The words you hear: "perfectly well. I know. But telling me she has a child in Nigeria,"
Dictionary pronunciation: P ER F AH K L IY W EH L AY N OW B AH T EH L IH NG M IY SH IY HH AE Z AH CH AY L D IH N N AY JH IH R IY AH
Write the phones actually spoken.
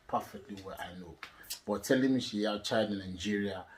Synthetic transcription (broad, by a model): P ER F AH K L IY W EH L AY N OW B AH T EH L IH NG M IY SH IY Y AH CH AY D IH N N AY JH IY R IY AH